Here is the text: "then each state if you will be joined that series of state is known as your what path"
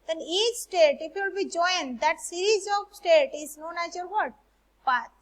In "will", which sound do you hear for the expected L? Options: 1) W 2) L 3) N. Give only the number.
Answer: 2